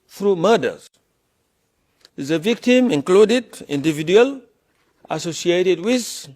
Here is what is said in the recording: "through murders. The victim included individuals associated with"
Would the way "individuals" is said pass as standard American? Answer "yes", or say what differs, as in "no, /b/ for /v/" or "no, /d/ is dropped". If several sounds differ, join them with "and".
no, /z/ is dropped